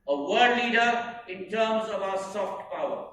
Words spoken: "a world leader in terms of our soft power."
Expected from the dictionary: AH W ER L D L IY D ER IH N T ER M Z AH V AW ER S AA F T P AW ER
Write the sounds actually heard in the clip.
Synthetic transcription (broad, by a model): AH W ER D L IY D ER IH N T ER M Z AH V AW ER S AA F T P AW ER